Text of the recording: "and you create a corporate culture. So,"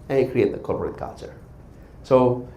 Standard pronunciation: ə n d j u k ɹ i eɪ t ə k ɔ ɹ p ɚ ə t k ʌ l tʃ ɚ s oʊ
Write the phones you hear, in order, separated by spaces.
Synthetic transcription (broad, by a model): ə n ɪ k ɹ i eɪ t ə k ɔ l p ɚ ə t k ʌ l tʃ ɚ s oʊ